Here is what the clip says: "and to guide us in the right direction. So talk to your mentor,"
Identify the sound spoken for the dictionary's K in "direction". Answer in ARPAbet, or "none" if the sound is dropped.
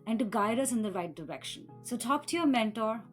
K